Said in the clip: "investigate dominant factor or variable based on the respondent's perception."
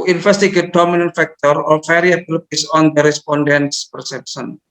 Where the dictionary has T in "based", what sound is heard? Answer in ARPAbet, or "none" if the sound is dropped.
none